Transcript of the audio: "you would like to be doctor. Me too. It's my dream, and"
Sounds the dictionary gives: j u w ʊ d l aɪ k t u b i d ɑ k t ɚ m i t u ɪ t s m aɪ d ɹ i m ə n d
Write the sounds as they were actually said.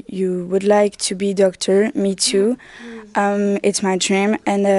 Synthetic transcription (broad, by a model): j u w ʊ d l aɪ k t u b i d ɑ k t ɚ m i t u ɪ t s m aɪ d ɹ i m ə n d